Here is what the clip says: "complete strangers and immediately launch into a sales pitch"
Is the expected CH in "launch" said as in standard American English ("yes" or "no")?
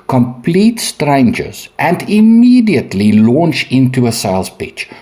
yes